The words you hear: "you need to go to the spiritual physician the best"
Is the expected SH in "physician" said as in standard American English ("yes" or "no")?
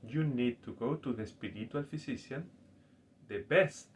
no